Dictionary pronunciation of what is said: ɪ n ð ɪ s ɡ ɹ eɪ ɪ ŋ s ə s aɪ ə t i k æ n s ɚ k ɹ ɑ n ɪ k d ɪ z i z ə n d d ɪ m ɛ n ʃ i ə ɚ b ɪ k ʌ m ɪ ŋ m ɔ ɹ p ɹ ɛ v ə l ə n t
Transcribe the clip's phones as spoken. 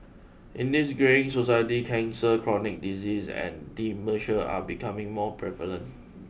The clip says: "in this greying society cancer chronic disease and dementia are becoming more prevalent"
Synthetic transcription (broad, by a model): ɪ n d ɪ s ɡ ɹ eɪ ɪ ŋ s ə s aɪ ə t i k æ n s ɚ k ɹ ɑ n ɪ k d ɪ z i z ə n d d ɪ m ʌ ʃ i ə b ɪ k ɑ m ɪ ŋ m ɔ p ɹ ɛ v ə l ə n t